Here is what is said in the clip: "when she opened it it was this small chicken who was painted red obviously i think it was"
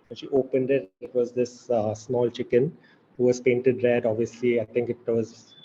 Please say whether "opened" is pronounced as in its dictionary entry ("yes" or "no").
yes